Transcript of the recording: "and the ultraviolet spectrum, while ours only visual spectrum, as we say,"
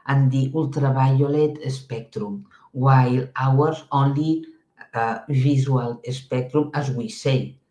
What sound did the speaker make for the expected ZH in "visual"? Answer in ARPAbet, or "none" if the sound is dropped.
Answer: Z